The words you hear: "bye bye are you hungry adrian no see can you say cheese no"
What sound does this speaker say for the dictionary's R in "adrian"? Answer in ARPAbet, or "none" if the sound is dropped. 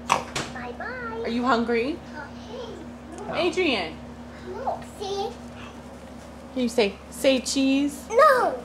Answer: R